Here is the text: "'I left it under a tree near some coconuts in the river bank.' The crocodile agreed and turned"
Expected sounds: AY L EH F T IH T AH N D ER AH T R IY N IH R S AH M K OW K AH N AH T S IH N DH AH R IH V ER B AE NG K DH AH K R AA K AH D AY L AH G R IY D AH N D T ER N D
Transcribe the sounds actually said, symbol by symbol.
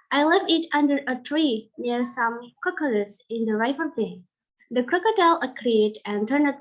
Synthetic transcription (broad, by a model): AY L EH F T IH T AH N D ER AH T R IY N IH R S AH M K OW K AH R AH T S IH N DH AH R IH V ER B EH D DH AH K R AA K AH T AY L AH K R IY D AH N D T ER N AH